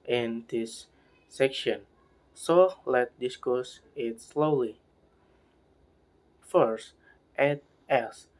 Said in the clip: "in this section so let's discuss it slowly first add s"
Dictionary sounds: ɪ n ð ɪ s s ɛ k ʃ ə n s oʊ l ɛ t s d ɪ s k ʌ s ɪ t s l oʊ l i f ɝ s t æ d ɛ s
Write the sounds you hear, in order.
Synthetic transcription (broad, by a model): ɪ n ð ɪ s s ɛ k ʃ ə n s oʊ l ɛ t d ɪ s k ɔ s ɪ t s l oʊ l i f ɝ s t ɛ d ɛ s